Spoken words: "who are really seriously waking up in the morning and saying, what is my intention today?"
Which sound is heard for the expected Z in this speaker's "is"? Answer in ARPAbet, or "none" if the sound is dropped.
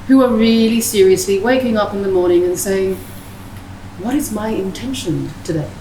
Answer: Z